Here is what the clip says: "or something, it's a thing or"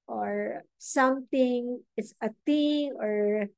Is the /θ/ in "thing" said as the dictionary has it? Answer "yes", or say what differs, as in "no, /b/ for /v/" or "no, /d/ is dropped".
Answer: no, /t/ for /θ/